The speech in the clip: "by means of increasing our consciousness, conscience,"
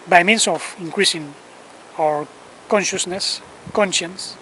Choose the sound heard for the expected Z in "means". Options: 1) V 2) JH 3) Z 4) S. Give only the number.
4